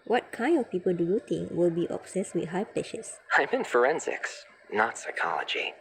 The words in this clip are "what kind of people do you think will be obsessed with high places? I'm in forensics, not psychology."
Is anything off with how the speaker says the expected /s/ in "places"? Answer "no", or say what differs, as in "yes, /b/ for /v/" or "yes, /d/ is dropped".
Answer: yes, /ʃ/ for /s/